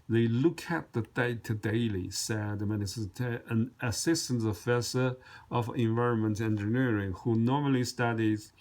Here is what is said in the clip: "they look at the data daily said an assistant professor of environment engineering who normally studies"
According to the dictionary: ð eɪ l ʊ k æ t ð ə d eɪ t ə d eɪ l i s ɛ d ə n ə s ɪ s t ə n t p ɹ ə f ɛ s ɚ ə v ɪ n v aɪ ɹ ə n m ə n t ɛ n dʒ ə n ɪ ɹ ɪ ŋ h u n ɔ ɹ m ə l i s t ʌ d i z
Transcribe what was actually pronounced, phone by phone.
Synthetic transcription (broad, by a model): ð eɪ l ʊ k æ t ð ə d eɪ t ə d eɪ l i s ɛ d ə n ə s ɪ s t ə n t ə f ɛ s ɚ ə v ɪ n v aɪ ɹ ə n m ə n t ɛ n dʒ ə n ɪ ɹ ɪ ŋ h u n ɔ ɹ m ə l i s t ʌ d i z